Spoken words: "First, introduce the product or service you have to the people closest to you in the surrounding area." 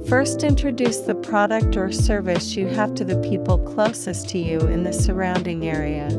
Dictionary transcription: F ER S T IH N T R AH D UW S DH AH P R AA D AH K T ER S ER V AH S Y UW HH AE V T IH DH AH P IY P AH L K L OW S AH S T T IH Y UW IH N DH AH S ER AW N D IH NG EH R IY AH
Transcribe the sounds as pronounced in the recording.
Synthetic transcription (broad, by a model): F ER S T IH N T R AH D UW S DH AH P R AA D AH K T ER S ER V AH S Y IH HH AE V T IH DH AH P IY P L K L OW S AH S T T IH Y UW IH N DH AH S ER AW N D IH NG EH R IY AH